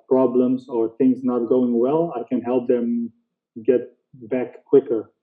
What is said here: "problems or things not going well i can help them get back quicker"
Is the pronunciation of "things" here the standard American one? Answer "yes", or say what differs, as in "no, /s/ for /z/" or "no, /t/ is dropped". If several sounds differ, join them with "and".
yes